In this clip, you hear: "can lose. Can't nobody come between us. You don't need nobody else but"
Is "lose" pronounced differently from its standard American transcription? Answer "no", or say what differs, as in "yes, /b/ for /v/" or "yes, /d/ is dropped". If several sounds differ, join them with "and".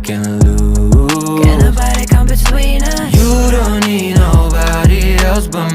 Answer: yes, /z/ is dropped